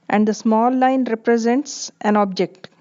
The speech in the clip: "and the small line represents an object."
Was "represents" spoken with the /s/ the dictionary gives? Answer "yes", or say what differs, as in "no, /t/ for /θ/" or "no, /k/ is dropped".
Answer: yes